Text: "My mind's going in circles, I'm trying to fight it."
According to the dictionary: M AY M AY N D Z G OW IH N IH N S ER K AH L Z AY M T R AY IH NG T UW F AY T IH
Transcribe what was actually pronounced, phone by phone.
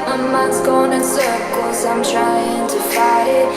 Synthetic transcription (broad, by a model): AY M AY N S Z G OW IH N IH N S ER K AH Z AY M T R AY IH NG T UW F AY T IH